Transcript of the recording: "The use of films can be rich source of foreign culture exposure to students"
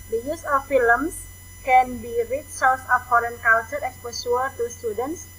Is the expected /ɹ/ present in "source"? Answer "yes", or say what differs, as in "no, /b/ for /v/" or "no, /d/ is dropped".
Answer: no, /l/ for /ɹ/